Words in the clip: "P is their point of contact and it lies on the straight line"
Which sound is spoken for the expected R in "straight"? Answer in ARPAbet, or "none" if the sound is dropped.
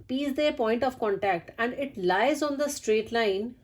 R